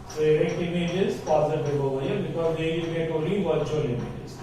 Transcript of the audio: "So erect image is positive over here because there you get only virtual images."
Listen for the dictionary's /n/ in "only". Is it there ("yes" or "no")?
no